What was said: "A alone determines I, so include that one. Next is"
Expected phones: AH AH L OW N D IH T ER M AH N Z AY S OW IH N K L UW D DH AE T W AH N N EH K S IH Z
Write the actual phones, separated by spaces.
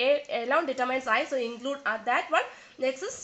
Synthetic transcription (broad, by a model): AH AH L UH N D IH T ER M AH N S AY S OW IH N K L UW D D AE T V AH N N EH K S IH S